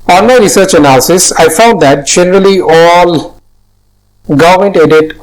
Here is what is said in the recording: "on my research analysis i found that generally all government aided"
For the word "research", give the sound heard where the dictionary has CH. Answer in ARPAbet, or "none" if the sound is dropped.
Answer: CH